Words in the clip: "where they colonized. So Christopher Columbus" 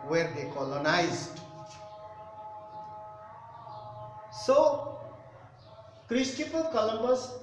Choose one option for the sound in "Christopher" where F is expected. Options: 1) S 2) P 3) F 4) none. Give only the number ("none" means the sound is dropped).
2